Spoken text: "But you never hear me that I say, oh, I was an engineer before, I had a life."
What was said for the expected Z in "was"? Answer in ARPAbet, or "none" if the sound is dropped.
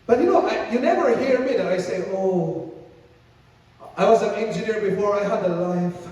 Z